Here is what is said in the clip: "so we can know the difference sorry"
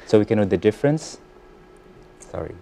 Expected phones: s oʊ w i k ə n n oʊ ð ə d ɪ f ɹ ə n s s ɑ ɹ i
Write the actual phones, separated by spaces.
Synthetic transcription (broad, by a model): s oʊ w i k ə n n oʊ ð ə d ɪ f ɹ ə n s s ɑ ɹ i